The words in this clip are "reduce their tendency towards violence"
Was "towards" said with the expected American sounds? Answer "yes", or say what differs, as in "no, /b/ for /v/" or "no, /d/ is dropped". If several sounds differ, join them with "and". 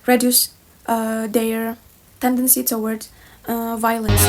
no, /z/ is dropped